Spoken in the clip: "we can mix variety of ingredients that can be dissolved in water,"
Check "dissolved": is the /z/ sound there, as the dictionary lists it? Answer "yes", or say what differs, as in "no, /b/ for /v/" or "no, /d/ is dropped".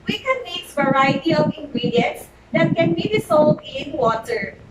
no, /s/ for /z/